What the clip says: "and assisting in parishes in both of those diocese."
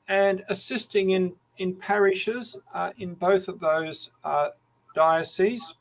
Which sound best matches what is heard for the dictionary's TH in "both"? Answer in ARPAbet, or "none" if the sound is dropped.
TH